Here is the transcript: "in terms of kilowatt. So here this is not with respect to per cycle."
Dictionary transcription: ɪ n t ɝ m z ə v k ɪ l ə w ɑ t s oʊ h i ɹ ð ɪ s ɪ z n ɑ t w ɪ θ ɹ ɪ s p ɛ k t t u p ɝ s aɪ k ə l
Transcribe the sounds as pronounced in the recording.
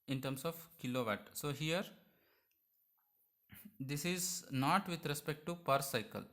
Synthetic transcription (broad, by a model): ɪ n t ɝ m s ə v k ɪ l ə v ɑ t s oʊ h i ɹ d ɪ s ɪ z n ɑ t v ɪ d ɹ ɪ s p ɛ k t t u p ɝ s aɪ k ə l